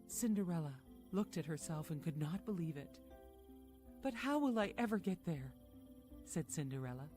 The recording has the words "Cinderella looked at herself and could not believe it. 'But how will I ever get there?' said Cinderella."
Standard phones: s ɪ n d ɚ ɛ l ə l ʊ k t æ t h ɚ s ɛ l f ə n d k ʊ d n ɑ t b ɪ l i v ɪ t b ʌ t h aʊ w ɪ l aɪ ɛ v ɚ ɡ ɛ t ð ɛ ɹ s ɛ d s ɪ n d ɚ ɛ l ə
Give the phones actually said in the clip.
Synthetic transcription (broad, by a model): s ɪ n d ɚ ɛ l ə l ʊ k t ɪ t h ɚ s ɛ l f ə n k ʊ d n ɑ t b ɪ l i v ɪ t b ʌ t h aʊ w ɪ l aɪ ɛ v ɚ ɡ ɛ t ð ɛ ɹ s ɛ d s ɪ n d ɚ ɛ l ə